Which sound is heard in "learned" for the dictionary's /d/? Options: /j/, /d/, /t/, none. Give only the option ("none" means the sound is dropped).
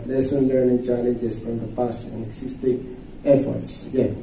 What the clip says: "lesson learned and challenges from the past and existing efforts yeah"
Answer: none